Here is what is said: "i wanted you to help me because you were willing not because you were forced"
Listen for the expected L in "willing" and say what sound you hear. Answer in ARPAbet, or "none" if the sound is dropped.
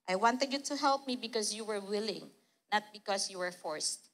L